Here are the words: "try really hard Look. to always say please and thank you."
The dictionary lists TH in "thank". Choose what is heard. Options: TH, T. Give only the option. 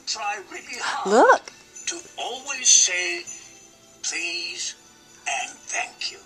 TH